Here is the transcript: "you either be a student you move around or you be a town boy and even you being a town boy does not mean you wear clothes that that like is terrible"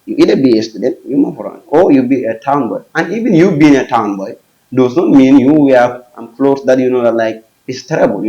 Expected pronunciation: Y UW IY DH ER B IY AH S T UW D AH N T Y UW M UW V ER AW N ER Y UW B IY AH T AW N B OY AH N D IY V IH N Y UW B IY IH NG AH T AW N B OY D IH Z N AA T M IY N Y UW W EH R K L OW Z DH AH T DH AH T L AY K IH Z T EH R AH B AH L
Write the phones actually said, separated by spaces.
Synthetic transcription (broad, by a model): Y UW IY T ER B IY AH S T UW D AH N T Y UW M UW F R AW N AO Y UW B IY AH T AW N B OY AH N IY V IH N Y UW B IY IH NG AH T AW N B OY D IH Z N AA T M IY N Y UW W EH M K L OW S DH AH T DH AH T L AY K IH S T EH R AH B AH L